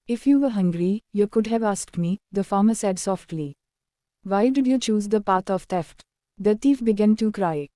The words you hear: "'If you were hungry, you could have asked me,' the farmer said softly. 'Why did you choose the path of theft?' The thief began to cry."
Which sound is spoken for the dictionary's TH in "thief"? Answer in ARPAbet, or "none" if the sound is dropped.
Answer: T